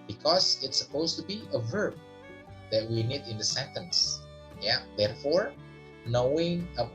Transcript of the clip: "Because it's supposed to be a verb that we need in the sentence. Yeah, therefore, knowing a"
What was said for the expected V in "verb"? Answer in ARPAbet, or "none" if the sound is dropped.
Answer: V